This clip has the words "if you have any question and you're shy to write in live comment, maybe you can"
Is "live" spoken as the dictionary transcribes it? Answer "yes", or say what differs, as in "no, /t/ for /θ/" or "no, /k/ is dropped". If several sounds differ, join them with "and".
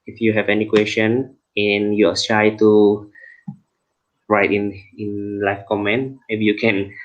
no, /f/ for /v/